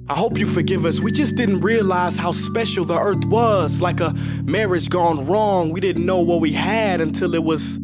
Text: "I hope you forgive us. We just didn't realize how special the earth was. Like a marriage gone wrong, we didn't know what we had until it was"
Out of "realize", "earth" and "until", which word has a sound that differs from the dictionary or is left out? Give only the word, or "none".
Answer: none